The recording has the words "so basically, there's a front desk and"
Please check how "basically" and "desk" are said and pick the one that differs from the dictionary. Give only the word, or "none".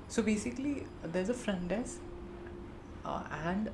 desk